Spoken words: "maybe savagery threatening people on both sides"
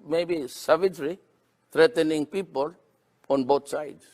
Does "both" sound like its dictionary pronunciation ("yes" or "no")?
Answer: no